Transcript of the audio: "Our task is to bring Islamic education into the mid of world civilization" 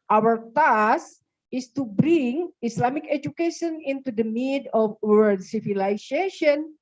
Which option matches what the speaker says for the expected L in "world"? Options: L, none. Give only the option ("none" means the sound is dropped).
none